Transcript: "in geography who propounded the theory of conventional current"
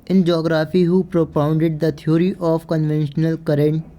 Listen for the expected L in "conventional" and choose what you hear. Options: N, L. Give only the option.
L